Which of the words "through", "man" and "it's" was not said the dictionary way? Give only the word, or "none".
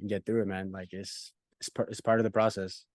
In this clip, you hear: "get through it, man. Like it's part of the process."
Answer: none